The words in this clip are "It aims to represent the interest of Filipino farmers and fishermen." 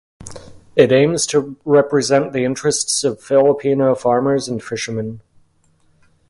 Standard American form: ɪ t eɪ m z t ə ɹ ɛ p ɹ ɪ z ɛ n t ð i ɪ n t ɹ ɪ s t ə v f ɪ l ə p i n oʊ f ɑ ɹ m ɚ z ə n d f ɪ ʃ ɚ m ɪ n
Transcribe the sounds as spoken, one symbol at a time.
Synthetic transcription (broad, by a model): ɪ t eɪ m z t ə ɹ ɛ p ɹ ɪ z ɛ n ð i ɪ n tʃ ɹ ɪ s t ə v f ɪ l ə p i n oʊ f ɑ ɹ m ɚ z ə n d f ɪ ʃ ɚ m ɪ n